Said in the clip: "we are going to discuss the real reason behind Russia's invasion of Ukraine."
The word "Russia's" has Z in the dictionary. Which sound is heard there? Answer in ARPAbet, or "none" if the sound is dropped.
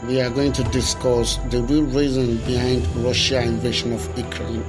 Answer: none